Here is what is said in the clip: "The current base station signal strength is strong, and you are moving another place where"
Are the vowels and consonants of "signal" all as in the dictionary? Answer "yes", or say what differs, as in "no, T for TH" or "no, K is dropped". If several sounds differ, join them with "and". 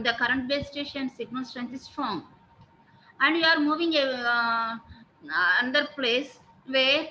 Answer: no, N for L